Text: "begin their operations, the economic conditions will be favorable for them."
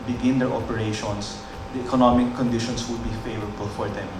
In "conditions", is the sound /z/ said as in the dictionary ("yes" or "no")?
no